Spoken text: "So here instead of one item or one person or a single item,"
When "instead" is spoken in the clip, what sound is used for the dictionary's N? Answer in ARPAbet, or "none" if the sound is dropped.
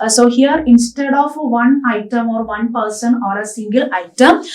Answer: N